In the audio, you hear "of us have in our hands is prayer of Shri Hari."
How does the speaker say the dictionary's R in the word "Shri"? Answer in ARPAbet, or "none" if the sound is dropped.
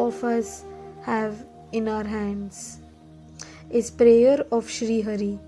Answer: R